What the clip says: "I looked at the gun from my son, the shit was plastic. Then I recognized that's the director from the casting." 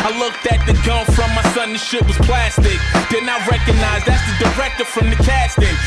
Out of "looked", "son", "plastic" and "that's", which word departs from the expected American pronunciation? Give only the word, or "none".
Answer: none